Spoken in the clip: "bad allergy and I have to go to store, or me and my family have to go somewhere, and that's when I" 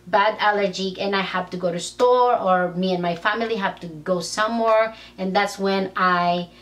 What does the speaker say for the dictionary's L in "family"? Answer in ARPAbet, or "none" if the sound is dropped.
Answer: L